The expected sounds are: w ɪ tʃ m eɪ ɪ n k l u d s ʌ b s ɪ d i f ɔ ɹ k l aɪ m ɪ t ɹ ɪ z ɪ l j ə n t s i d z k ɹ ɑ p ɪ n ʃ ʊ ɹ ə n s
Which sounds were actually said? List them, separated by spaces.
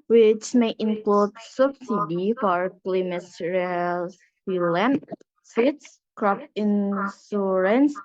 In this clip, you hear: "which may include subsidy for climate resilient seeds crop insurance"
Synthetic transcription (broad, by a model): w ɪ tʃ m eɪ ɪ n k l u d s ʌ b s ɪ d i f ɔ ɹ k l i m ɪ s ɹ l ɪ l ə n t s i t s k ɹ ɑ p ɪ n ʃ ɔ ɹ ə n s